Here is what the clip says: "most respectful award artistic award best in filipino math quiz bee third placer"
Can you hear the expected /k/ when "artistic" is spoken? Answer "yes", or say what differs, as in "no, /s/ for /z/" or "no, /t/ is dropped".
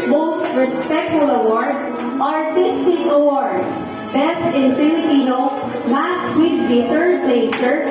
no, /k/ is dropped